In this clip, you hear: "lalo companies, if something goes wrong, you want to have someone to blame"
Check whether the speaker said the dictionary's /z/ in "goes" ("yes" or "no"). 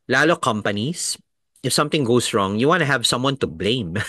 no